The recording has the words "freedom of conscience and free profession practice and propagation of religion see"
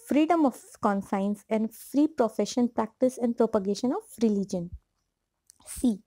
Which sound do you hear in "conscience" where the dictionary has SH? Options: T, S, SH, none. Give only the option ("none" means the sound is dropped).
S